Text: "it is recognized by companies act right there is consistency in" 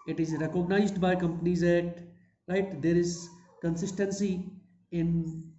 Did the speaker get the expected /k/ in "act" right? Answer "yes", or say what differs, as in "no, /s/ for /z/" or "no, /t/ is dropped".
no, /k/ is dropped